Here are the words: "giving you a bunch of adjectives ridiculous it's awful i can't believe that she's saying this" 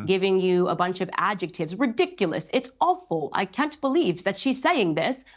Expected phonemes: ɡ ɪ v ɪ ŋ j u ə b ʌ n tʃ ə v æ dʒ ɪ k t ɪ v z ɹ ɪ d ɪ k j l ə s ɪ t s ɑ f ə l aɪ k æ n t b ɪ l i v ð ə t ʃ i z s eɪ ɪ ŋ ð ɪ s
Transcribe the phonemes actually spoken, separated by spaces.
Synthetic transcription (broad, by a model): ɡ ɪ v ɪ ŋ j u ə b ʌ n tʃ ə v æ dʒ ɪ k t ɪ v z ɹ ɪ d ɪ k j l ə s ɪ t s ɑ f l aɪ k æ n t b ɪ l i v ð ə t ʃ i z s eɪ ɪ ŋ ð ɪ s